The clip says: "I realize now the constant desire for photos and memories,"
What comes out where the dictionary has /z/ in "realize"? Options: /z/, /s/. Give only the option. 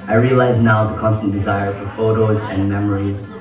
/z/